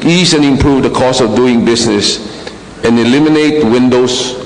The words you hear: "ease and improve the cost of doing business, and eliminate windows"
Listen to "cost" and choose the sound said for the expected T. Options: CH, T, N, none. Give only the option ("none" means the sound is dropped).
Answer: none